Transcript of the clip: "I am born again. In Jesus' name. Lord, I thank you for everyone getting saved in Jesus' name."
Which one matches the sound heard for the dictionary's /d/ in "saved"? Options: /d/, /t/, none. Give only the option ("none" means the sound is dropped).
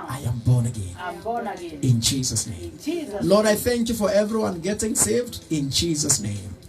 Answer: /d/